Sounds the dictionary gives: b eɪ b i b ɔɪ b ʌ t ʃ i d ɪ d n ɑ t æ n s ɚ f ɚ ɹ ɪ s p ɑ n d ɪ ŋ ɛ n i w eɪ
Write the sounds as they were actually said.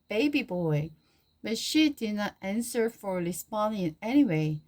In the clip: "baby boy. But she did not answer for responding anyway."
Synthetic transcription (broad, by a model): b eɪ b i b ɔɪ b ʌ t ʃ i d ɪ d n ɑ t æ n s ɚ f ɚ l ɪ s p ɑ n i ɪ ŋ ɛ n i w eɪ